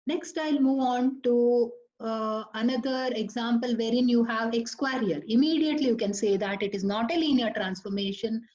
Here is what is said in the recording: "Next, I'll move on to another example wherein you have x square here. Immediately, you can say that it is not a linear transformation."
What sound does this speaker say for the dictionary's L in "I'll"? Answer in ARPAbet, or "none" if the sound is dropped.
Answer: L